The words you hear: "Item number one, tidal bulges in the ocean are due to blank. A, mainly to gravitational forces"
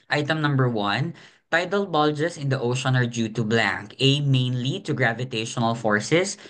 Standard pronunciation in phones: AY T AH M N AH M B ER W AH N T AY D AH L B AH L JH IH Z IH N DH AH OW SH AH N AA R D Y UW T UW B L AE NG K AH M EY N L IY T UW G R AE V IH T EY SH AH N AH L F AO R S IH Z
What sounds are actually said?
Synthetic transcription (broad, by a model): AY T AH M N AH M B ER W AH N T AY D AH L B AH L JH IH S IH N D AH OW SH AH N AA R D Y UW T UW B L AE NG K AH M EY N L IY T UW G R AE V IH T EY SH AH N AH L F AO R S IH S